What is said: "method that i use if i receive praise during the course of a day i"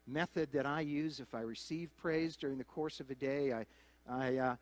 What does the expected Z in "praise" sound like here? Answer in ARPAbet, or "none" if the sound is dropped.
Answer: Z